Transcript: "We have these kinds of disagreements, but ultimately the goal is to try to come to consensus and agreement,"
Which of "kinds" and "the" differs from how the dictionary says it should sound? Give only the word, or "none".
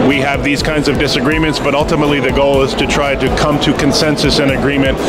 none